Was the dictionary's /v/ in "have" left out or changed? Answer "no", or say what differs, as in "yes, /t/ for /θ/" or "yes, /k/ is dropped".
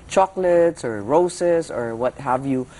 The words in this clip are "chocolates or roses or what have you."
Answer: no